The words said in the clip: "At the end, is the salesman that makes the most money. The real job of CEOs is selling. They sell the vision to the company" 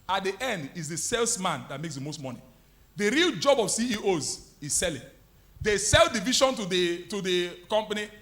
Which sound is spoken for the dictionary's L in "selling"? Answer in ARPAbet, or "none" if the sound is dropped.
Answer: L